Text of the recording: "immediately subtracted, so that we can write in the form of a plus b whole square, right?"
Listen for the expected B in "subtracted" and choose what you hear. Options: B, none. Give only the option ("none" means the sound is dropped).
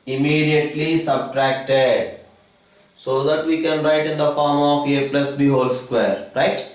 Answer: B